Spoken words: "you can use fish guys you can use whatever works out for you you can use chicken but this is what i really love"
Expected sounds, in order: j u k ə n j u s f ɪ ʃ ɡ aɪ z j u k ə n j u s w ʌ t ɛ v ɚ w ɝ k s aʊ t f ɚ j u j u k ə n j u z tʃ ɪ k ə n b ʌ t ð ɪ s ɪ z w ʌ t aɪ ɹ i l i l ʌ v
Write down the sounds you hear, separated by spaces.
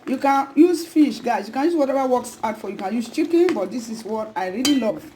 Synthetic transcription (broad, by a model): j u k ə n j u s f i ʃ ɡ aɪ s j u k ə n j u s w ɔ t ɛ v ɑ w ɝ k s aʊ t f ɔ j j u k ə n j u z tʃ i k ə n b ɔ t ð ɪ s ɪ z w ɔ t aɪ ɹ i l i l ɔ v